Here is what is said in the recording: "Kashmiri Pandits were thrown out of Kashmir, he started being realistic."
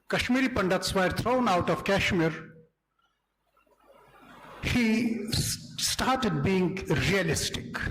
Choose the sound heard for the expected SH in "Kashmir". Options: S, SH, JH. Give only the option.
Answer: SH